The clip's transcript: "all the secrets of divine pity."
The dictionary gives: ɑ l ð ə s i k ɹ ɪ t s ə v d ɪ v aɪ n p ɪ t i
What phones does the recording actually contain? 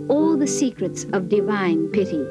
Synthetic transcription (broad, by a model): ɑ l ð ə s i k ɹ ɪ t s ə v d ɪ v aɪ n p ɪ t i